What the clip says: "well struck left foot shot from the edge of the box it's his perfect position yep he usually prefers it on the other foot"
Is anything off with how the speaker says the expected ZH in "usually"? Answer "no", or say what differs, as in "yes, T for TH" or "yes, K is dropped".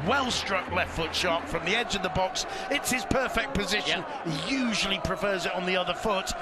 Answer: no